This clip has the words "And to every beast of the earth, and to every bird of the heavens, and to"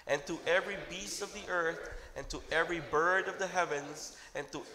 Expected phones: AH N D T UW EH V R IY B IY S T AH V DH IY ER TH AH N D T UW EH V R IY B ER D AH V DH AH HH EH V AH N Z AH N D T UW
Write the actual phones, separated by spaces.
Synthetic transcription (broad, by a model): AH N T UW EH V R IY B IY S T AH V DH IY ER TH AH N T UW EH V R IY B ER D AH V DH AH HH EH V AH N Z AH N T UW